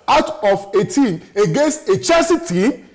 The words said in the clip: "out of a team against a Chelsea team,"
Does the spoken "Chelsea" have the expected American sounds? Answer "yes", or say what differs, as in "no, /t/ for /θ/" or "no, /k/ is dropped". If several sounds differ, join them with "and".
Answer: no, /l/ is dropped